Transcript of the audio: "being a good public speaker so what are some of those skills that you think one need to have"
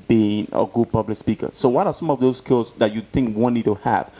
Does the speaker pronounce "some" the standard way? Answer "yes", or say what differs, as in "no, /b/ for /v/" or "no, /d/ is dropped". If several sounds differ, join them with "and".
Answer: yes